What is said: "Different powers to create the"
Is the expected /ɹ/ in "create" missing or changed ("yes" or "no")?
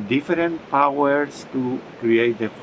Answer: no